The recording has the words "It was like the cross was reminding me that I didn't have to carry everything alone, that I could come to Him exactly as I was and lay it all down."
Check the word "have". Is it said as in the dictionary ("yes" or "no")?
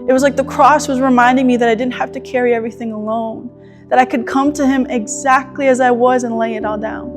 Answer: no